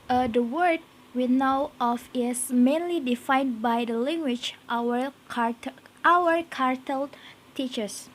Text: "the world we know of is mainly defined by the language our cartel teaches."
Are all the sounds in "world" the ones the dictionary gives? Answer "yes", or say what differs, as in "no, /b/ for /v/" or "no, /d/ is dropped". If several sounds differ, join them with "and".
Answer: no, /l/ is dropped